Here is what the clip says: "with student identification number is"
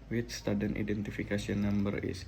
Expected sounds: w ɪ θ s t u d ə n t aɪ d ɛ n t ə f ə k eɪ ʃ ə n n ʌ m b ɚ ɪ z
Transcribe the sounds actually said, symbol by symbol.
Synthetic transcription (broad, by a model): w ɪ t s t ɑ d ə n t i d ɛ n t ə f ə k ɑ s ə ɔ n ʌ m b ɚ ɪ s